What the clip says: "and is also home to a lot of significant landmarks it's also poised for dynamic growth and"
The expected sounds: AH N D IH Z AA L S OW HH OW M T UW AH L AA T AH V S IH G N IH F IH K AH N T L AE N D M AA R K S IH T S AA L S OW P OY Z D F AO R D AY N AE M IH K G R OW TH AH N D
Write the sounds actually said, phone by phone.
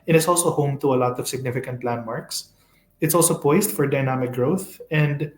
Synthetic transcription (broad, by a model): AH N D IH S AA L S OW HH OW M T UW AH L AA T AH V S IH G N IH F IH K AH N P L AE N M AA R K S IH T S AA L S OW P OY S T F AO R D AY N AE M IH K G R OW TH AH N D